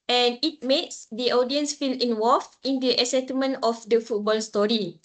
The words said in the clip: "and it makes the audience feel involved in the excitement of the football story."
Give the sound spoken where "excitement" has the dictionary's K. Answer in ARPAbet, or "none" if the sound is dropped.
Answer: none